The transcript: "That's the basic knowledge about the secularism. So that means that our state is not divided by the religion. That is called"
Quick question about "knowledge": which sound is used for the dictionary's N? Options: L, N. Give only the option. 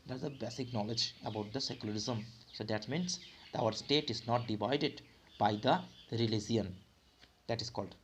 N